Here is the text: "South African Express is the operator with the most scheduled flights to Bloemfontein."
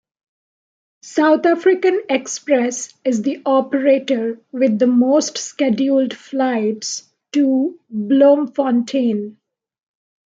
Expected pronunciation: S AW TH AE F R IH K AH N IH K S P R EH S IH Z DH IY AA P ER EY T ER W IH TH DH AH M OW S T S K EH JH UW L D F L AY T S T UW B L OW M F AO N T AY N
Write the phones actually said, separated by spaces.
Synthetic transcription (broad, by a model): S AW T AE F R IH K AH N IH K S P R EH S IH Z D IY AA P ER EY T ER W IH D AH M OW S T S K EH JH UW L D F L AY T S T UW B L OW M F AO N T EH N